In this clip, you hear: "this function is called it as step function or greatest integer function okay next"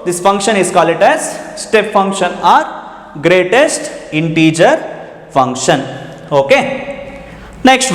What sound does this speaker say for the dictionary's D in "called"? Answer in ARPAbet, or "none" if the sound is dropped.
none